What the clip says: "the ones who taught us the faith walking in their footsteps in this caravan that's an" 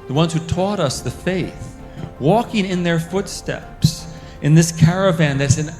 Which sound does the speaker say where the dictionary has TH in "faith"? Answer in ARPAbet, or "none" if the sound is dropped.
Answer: TH